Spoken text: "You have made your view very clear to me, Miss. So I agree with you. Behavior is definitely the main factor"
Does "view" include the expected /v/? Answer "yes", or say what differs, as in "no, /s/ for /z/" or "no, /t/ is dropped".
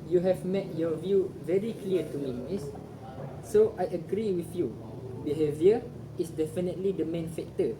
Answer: yes